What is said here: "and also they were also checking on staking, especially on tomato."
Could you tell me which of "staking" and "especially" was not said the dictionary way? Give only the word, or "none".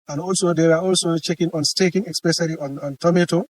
especially